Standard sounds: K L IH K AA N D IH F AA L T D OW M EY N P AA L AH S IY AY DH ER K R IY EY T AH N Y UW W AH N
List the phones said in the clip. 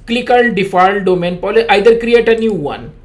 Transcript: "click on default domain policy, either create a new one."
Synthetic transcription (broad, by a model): K L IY K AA L D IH F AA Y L D OW M EY N P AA L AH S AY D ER K R IY EY T AH N Y UW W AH N